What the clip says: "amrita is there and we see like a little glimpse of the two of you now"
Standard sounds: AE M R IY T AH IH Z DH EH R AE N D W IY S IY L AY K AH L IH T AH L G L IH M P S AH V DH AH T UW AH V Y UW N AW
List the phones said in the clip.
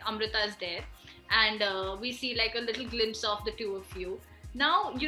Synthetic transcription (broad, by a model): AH M R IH T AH IH Z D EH R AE N D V IY S IY L AY K AH L IH T L G L IH M P S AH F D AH T UW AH F Y UW N AW